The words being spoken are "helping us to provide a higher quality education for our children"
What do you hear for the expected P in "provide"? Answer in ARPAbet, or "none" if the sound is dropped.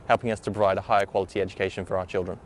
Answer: B